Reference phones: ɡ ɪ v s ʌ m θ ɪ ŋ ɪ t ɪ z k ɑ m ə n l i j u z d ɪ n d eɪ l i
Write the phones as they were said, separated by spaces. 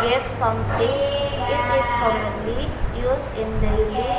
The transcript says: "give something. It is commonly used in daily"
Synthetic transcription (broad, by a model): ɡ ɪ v s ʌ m t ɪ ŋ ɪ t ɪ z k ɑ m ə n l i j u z ɪ n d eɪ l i